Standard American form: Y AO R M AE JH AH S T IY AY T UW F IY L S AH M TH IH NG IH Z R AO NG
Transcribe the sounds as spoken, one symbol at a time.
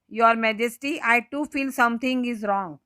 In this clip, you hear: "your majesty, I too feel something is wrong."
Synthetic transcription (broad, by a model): Y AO R M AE JH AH S T IY AY T UW F IY L S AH M T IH NG IH Z R AO NG